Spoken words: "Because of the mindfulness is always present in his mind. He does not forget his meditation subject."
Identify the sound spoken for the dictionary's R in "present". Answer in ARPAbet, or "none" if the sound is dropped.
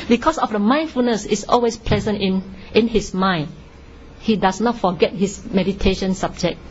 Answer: L